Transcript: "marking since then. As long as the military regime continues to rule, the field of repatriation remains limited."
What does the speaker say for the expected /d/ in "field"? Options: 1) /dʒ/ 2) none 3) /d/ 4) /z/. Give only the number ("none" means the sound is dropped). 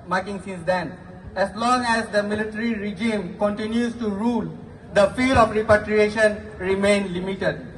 2